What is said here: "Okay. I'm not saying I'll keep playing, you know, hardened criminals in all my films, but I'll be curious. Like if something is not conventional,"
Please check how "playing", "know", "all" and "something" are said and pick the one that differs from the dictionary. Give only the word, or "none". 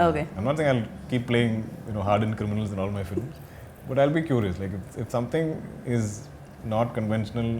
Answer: something